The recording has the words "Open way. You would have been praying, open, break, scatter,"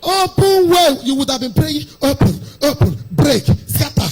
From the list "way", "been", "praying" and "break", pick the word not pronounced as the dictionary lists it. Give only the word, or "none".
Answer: praying